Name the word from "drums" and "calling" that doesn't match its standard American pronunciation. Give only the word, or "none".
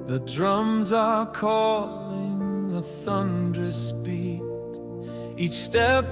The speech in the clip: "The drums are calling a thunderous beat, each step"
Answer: none